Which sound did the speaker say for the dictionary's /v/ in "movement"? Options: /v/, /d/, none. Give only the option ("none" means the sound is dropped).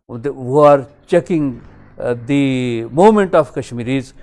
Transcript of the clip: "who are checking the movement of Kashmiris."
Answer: none